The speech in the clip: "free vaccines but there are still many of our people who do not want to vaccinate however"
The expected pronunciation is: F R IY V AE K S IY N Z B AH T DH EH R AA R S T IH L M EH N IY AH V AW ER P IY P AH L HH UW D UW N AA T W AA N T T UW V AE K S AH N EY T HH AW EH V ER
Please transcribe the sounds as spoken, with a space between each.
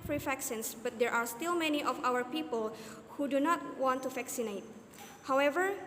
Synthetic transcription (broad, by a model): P R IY F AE K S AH N S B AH T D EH R AA R S T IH L M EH N IY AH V AW ER P IY P AH L HH UW D UW N AA T W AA N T T UW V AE K S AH N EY T HH AW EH V ER